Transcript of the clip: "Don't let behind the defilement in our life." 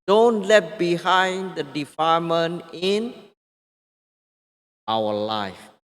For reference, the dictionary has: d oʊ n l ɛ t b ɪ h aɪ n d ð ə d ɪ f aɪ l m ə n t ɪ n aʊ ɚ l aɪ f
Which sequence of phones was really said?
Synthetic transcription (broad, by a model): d oʊ n l ɛ t b ɪ h aɪ n d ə d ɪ f aɪ m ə n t ɪ n aʊ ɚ l aɪ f